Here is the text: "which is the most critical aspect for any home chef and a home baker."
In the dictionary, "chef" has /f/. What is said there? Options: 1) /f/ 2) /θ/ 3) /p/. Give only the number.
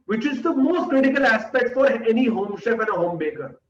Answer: 3